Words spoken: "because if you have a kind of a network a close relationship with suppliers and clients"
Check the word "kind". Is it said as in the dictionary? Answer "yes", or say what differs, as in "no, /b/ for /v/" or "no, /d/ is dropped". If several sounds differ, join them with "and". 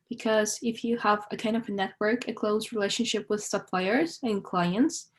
yes